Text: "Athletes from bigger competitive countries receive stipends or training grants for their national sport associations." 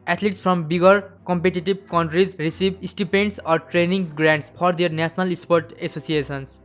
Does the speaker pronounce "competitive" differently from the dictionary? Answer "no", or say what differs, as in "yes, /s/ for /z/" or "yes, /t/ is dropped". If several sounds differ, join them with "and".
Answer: yes, /b/ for /v/